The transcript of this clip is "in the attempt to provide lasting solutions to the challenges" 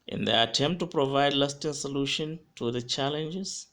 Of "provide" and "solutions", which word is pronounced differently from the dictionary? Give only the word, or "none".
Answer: solutions